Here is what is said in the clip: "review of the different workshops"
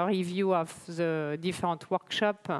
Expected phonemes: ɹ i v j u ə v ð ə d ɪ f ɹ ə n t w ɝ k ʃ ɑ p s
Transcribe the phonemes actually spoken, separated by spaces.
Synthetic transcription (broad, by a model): ɹ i v j u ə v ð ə d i f ɹ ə t w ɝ k ʃ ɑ p